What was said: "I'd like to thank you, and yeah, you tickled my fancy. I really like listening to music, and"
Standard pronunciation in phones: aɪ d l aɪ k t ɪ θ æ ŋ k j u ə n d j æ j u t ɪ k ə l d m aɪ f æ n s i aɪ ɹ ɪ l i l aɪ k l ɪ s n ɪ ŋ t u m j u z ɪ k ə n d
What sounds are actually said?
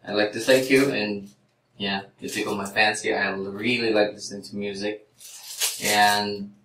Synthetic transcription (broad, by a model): aɪ l aɪ k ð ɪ s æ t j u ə n j æ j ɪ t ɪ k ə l m aɪ f æ n s i aɪ ɹ ɪ l i l aɪ k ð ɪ s ɪ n t u m j u z ɪ k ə n